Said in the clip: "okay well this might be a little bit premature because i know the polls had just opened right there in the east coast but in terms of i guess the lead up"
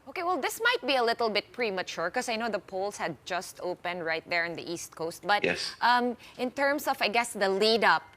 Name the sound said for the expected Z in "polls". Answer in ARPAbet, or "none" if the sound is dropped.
S